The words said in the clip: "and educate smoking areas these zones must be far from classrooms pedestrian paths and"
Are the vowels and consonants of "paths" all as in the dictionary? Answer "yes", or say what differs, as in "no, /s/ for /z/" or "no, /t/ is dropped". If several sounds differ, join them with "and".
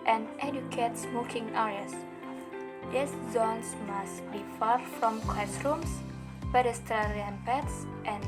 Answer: no, /t/ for /θ/